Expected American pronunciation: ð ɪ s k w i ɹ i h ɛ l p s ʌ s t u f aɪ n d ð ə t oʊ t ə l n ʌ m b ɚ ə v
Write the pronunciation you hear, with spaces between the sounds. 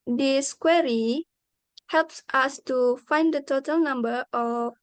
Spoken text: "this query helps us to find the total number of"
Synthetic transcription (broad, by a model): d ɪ s k w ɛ ɹ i h ɛ l p s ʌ s t u f aɪ n d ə t oʊ t ə l n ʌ m b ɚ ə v